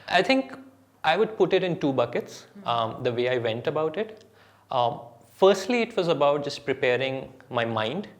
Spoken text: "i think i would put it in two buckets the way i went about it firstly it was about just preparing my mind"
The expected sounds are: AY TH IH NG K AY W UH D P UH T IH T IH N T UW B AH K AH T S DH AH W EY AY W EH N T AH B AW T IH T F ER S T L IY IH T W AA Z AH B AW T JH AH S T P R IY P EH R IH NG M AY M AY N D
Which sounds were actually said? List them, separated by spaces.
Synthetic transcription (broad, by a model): AY T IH NG K AY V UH D P UH T IH T IH N T UW B AH K AH T S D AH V EY AY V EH N T AH B AW T IH T F ER S T L IY IH T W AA Z AH B AW T JH AH S T P R IY P EH R IH NG M AY M AY N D